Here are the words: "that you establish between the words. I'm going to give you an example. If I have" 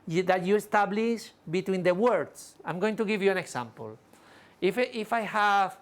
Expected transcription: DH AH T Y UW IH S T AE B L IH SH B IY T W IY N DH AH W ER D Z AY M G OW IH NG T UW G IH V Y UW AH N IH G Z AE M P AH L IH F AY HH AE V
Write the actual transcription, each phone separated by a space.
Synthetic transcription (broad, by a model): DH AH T Y UW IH S T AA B L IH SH B IY T W IY N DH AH W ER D S AY M G OW IH NG T UW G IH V Y UW AH N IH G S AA M P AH L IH F AY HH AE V